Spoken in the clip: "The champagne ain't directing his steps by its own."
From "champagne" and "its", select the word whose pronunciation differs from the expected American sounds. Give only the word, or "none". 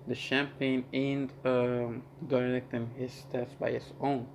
none